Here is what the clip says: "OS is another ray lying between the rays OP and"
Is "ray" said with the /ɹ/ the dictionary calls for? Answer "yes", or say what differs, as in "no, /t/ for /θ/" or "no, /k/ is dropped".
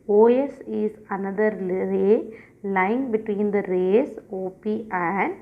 no, /l/ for /ɹ/